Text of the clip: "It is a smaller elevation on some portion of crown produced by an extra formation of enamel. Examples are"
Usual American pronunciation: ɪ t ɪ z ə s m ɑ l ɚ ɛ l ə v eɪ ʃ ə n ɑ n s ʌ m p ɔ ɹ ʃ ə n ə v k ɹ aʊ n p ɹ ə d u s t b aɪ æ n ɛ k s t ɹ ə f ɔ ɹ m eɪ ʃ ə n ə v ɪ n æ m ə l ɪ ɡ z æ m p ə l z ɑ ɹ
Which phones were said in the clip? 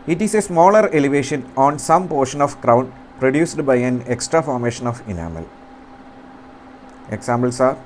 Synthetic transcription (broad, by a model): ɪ t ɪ s ə s m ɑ l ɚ ɛ l ə v eɪ ʃ ə n ɑ n s ʌ m p ɔ ɹ ʃ ə n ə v k ɹ aʊ n p ɹ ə d u s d b aɪ æ n ɛ k s t ɹ ə f ɔ ɹ m eɪ ʃ ə n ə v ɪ n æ m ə l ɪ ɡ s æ m b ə l s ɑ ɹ